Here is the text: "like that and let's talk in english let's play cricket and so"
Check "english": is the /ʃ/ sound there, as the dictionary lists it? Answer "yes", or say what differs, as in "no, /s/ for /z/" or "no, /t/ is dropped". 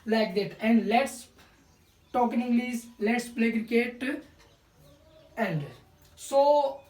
no, /s/ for /ʃ/